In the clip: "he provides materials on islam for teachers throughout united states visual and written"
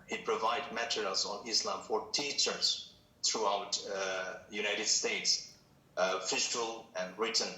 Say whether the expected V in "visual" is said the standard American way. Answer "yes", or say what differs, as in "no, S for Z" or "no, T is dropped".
no, F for V